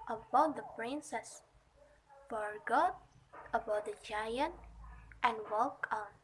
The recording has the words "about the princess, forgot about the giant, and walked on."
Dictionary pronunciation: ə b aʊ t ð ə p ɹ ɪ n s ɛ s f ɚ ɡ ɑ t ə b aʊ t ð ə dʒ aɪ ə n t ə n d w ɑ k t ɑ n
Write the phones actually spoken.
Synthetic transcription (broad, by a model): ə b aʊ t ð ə p ɹ ɪ n s ɛ s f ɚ ɡ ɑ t ə b aʊ t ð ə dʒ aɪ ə n t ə n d w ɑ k ɑ n